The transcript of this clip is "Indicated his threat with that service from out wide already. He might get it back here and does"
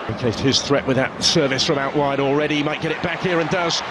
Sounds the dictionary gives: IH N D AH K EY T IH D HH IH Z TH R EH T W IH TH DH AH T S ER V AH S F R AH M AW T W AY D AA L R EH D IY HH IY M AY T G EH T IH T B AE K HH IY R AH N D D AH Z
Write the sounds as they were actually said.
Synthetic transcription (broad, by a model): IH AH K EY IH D HH IH Z TH R EH T W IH DH AH T S ER V AH S F R AH M AW T W AY D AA L R EH D IY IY M AY T G EH T IH T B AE K HH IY R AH N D D AH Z